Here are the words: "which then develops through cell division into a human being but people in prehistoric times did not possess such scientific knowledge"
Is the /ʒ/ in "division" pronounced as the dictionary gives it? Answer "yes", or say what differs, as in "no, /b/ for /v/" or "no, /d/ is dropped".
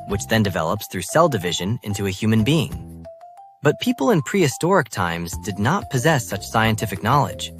yes